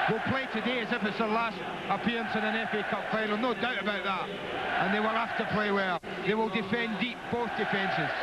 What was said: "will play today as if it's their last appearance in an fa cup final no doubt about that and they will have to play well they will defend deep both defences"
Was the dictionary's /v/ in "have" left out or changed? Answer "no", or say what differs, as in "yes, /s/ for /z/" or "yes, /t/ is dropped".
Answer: yes, /f/ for /v/